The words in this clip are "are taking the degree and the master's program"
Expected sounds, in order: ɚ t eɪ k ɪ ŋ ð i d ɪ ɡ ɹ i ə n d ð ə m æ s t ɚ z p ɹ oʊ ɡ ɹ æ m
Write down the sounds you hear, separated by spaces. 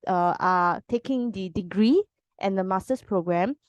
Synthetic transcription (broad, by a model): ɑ t eɪ k ɪ ŋ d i d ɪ ɡ ɹ i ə n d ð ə m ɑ s t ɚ s p ɹ oʊ ɡ ɹ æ m